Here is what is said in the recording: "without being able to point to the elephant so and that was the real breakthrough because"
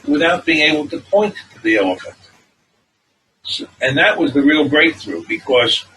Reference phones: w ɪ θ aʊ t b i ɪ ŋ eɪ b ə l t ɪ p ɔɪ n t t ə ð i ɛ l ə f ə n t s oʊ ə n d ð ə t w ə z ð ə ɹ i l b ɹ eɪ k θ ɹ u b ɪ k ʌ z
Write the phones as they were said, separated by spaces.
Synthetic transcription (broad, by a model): w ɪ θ aʊ t b i ɪ ŋ eɪ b l t ɪ p ɔɪ n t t ð i ɛ l ə f ə n t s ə n ð ə t w ə z ð ə ɹ i l b ɹ eɪ k θ ɹ u b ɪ k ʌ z